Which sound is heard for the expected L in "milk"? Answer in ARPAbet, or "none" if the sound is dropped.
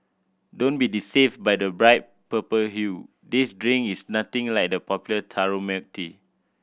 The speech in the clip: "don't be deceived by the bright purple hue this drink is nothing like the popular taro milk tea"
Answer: none